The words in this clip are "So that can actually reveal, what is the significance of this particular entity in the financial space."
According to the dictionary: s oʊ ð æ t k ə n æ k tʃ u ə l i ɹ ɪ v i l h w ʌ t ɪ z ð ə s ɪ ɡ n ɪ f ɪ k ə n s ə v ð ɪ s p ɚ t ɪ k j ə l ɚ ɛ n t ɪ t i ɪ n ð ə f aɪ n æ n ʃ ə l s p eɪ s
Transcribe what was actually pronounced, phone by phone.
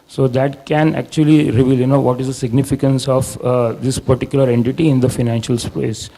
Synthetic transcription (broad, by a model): s oʊ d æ t k ə n æ k tʃ u ə l i ɹ ɪ v i l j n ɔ t ɪ z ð ə s ɪ ɡ n ɪ f ɪ k ə n s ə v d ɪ s p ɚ t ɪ k j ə l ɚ ɛ n t ɪ t i ɪ n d ə f aɪ n æ n ʃ ə l s p eɪ s